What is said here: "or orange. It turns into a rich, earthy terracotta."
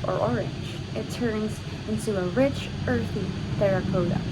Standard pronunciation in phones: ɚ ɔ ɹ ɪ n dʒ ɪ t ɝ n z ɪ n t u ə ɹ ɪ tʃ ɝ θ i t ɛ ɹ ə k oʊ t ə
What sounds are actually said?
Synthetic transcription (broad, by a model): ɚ ɔ ɹ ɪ n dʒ ɪ t ɝ n z ɪ n t u ə ɹ ɪ tʃ ɝ θ i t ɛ ɹ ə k oʊ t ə